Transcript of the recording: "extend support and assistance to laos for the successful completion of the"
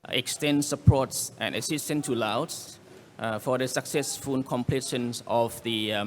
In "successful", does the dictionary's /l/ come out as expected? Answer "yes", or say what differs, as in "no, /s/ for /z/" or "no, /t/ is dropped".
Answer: no, /n/ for /l/